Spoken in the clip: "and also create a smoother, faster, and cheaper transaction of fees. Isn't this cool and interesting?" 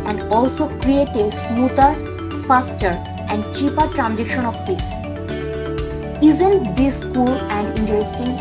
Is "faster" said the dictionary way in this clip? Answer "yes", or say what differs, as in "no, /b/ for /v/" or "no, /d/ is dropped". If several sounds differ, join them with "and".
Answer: no, /p/ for /f/